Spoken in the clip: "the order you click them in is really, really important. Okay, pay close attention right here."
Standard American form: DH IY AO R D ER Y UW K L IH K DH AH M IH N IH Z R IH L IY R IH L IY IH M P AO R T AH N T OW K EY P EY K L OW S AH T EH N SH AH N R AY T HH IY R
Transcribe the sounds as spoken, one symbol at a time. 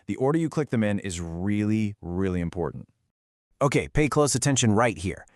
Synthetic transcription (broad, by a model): DH IY AO R D ER Y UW K L IH K DH AH M IH N IH Z R IH L IY R IH L IY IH M P AO R T N T OW K EY P EY K L OW S AH T EH N SH AH N R AY T HH IY R